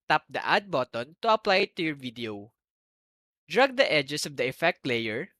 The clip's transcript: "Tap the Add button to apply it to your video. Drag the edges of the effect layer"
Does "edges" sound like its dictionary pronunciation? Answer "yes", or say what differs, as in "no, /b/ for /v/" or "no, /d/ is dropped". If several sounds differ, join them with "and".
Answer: no, /s/ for /z/